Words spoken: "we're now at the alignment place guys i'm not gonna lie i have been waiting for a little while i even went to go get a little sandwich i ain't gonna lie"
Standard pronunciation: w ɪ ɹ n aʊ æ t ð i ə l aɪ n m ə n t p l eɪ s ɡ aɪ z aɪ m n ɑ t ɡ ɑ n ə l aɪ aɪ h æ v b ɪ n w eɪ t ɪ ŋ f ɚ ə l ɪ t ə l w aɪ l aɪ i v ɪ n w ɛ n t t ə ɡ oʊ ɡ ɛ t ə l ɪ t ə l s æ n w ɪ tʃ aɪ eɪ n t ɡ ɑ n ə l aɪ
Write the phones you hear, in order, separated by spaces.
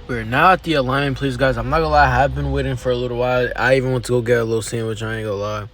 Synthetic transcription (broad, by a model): w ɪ ɹ n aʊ t ð i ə l aɪ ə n p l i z ɡ aɪ z aɪ m l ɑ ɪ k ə l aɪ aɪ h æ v b ɪ n w eɪ t ɪ ŋ f ɚ ə l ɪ t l w aɪ l aɪ i v ɪ n w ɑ n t t ə ɡ oʊ ɡ ɛ t ə l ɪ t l s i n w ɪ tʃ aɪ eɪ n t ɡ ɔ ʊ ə l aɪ